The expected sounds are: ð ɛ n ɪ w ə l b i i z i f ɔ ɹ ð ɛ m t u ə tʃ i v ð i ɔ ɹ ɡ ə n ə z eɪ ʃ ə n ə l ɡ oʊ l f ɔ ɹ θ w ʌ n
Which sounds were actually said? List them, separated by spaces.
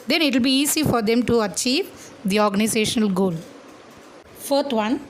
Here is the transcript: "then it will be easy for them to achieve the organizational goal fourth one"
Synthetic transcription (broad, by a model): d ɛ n ɪ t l b i i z i f ɔ ɹ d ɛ m t u ə tʃ i v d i ɔ ɹ ɡ ə n ə z eɪ ʃ ə n ə l ɡ oʊ l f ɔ ɹ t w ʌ n